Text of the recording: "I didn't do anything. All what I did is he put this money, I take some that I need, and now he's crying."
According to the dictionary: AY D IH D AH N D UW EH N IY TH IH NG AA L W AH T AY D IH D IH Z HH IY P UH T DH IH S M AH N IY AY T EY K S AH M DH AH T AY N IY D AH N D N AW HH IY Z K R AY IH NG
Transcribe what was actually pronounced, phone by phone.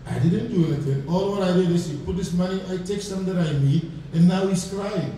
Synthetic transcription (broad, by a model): AY D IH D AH N D UW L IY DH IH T AA L W AH T AY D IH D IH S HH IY P UH T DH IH S M AH N IY AY T EY K S AH M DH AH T AY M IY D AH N N AW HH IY S K R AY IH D